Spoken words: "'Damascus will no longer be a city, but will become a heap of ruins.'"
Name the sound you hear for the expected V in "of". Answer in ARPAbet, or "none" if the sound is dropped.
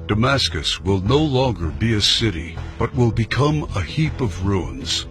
V